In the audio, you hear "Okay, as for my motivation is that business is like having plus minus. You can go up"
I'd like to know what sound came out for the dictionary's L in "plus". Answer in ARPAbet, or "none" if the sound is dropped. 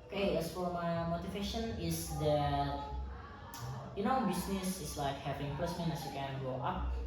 none